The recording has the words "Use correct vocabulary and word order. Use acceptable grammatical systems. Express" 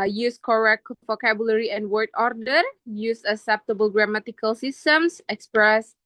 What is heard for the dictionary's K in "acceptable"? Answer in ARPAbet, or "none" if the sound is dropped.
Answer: none